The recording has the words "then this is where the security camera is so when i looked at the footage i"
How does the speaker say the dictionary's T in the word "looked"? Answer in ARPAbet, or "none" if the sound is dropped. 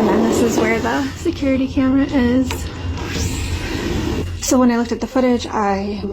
T